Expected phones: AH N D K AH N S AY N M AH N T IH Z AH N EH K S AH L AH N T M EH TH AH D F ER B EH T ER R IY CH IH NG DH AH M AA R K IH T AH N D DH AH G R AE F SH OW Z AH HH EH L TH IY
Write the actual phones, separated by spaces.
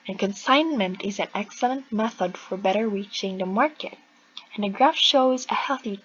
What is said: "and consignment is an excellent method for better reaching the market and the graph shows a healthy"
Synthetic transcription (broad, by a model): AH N K AH N S AY N M AH N T IH Z AH N EH K S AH L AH N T M EH TH AH D F ER B EH T ER R IY CH IH NG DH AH M AA R K IH T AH N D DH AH G R AE F SH OW Z AH HH EH L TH IY